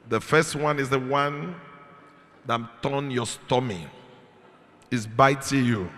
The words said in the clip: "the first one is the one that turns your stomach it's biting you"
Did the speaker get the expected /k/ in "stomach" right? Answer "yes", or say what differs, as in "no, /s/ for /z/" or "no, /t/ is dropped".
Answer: no, /k/ is dropped